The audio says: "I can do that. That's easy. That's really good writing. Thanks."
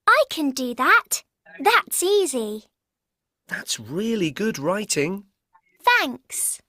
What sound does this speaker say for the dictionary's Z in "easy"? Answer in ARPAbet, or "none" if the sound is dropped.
Z